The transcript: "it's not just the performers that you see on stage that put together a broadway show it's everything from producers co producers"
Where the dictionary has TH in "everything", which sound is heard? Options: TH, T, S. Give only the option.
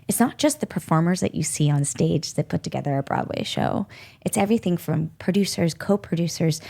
TH